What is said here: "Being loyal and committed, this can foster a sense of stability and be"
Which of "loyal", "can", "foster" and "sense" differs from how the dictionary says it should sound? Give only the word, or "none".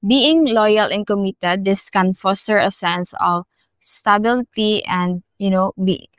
none